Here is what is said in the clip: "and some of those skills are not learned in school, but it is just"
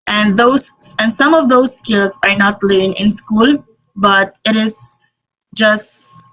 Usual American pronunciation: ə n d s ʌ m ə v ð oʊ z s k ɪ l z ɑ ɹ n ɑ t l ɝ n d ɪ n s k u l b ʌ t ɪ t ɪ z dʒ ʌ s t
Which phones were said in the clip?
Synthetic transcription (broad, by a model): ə n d s ʌ m ə v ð oʊ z s k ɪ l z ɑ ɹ n ɑ t l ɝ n ɪ n s k u l b ʌ t ɪ t ɪ z dʒ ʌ s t